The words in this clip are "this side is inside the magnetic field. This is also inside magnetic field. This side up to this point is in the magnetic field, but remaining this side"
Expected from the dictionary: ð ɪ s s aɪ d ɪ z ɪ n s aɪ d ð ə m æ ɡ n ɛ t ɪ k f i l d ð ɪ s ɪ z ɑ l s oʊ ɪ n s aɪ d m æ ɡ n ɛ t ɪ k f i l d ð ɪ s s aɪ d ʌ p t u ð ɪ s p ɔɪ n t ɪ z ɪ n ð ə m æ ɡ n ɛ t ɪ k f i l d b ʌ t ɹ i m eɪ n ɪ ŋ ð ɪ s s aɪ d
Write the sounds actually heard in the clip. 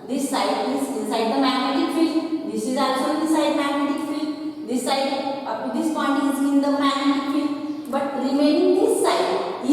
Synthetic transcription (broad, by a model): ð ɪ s s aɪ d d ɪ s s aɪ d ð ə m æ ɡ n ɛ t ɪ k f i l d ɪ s ɪ z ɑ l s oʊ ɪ s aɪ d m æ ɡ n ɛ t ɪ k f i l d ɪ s s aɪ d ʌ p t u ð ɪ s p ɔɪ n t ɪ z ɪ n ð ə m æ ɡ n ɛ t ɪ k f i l b ʌ t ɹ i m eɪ ɪ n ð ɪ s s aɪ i